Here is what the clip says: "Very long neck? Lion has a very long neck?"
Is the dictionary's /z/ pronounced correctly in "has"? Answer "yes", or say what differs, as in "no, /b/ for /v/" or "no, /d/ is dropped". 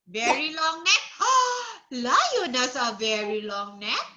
no, /s/ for /z/